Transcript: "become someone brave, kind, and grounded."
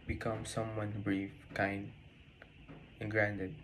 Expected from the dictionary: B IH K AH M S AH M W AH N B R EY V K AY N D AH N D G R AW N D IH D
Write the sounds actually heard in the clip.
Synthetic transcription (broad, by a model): B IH K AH M S AH M W AH N B R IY F K AY N D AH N G R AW N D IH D